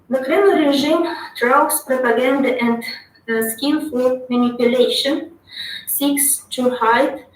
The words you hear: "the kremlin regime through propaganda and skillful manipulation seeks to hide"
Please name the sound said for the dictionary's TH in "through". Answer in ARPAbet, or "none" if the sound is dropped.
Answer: T